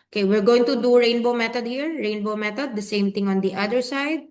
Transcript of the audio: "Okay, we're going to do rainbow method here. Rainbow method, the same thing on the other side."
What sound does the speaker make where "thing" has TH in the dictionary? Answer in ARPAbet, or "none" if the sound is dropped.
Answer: T